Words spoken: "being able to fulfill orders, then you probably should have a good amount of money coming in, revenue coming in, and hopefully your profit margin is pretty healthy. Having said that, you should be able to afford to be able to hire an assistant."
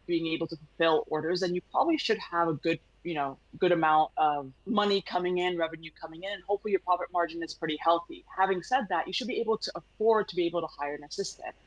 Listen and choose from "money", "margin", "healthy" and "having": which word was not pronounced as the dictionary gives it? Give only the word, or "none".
none